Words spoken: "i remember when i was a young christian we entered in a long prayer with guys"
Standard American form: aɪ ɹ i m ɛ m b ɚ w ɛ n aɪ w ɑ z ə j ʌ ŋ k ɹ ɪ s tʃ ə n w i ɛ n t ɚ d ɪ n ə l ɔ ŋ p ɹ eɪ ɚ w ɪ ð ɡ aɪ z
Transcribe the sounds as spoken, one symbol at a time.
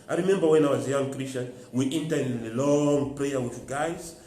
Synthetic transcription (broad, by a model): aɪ ɹ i m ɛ m b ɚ w ɛ n aɪ w ɑ z j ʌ ŋ k ɹ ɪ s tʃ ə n w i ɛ n t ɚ ɪ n ə l ɔ ŋ p ɹ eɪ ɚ w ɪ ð ɡ aɪ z